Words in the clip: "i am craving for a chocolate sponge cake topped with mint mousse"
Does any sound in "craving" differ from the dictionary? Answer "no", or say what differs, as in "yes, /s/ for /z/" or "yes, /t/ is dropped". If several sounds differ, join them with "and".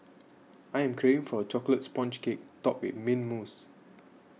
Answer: yes, /v/ is dropped